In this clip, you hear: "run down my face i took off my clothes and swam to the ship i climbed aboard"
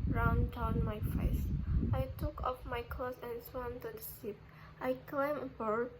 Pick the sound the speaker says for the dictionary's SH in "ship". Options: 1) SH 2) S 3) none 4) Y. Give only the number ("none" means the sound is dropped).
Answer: 2